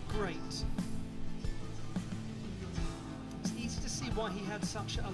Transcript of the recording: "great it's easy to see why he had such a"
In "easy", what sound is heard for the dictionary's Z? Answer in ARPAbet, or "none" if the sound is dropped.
Z